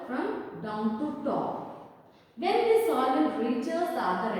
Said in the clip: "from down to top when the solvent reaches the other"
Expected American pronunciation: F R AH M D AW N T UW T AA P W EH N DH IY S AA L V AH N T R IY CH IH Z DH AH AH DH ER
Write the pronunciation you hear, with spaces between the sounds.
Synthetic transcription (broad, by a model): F R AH M D AW N T UW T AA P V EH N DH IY S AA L AH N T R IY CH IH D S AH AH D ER